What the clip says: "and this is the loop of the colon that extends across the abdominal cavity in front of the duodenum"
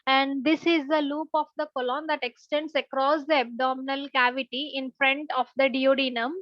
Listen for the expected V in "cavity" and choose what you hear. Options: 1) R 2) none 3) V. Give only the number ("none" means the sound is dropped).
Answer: 3